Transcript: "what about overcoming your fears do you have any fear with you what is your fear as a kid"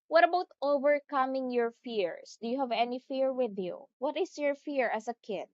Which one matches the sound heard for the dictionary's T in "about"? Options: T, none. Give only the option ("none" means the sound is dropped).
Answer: T